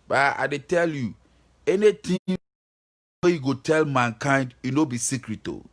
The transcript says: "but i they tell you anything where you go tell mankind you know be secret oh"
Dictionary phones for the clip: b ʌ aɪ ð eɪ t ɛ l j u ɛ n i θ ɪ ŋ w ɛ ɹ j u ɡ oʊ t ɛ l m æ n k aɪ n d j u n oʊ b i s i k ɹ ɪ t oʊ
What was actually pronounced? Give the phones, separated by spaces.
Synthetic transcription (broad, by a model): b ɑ aɪ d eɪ t ɛ l j u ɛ n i t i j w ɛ j u ɡ oʊ t ɛ l m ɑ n k aɪ n d j u n oʊ b i s i k ɹ ɪ t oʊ